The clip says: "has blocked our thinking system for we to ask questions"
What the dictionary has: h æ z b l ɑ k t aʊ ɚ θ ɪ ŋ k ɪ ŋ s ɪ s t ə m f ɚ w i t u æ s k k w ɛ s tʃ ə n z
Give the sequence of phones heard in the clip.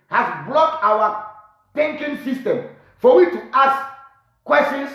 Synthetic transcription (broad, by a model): h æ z b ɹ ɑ t aʊ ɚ t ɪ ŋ k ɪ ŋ s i s t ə m f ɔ w i t u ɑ s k k w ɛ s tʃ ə n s